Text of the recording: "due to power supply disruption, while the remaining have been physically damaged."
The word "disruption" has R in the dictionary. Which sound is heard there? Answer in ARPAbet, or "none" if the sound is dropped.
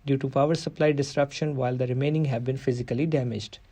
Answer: R